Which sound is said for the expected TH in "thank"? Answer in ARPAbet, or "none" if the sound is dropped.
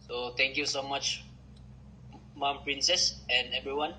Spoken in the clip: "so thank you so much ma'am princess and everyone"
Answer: T